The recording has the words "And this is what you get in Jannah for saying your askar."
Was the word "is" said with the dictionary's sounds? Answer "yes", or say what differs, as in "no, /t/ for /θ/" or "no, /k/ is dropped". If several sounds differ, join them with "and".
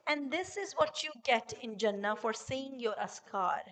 yes